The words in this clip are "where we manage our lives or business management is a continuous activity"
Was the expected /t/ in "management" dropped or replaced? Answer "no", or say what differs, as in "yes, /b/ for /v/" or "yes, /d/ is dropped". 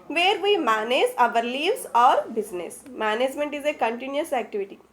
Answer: no